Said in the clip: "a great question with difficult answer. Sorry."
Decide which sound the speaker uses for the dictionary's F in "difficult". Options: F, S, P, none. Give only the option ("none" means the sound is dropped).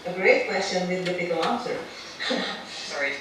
P